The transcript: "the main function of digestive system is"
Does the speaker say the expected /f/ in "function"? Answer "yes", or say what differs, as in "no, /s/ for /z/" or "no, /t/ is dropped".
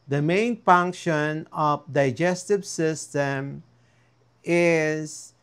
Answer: yes